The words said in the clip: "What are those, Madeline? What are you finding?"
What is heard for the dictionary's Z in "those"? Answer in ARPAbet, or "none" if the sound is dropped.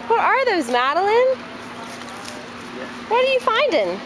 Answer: Z